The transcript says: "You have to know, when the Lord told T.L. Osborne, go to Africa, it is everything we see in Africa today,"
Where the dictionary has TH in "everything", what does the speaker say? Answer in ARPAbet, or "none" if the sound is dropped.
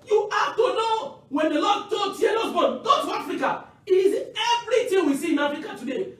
T